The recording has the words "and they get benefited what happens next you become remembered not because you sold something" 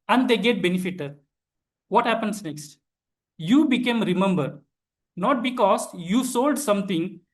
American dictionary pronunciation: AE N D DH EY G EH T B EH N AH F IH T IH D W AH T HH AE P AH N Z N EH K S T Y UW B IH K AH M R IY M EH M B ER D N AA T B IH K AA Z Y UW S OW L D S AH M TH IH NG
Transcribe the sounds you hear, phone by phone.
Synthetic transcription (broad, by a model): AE N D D EY G EH T B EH N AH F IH T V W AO T HH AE P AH N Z N EH K S T Y UW B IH K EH M R IY M EH M B ER D N AA T B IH K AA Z Y UW S OW L D S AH M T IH NG